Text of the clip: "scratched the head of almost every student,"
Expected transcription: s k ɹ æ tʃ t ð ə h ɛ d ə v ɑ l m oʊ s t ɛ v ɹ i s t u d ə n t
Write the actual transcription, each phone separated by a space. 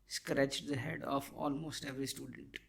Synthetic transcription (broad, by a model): s k ɹ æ tʃ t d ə h ɛ d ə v ɑ l m oʊ s t ɛ v ɹ i s t u d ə n t